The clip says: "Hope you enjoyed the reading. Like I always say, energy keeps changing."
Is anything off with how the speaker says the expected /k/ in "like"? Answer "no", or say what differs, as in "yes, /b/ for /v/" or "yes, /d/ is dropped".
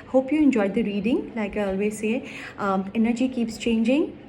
no